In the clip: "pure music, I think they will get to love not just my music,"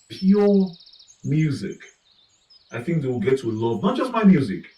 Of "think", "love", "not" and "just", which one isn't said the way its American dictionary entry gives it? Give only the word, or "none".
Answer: none